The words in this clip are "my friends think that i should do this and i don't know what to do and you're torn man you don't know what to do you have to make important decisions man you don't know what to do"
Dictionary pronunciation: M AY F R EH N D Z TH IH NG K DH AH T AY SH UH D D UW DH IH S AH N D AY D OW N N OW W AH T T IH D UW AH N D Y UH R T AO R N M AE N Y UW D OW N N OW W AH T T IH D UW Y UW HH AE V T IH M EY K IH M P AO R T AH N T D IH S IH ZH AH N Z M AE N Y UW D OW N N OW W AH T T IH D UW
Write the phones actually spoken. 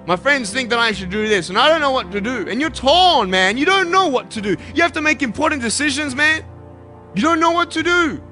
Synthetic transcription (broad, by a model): M AY F R EH N D Z TH IH NG K DH AH T AY SH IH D D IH DH IH S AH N AY D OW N N OW W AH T T IH D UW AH N Y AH R T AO L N M AE N Y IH D OW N N OW W AH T T IH D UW Y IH HH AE F T IH M EY K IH M P AO R T N D IH S IH ZH AH N Z M AE N Y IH D OW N N OW W AH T T IH D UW